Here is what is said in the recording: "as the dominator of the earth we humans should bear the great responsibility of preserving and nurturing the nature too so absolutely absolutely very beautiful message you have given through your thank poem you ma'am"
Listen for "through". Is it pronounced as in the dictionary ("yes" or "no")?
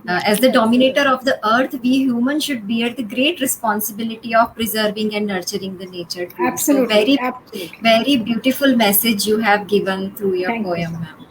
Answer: no